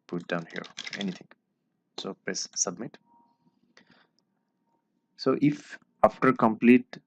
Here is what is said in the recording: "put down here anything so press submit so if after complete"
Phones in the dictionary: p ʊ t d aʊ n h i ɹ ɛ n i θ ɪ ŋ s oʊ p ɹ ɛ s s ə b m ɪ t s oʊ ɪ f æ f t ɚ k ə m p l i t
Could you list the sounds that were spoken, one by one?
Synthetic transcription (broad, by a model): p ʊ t d aʊ n h i ɹ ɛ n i t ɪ ŋ s oʊ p l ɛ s s ə b m ɪ t s oʊ ɪ f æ f t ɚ k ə m p l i t